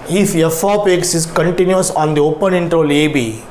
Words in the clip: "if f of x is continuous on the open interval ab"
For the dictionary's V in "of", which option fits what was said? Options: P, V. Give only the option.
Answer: P